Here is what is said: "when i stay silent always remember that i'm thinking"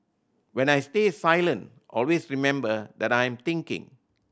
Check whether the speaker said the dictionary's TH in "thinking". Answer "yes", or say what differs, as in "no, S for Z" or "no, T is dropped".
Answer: no, T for TH